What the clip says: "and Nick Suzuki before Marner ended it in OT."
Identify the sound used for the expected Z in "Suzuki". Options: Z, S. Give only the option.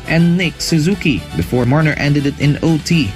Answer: Z